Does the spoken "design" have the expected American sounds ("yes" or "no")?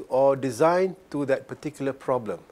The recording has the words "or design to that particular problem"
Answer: yes